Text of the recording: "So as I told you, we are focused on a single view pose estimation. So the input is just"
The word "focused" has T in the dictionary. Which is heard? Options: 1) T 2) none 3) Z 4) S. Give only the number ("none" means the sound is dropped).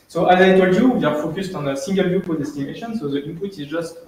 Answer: 1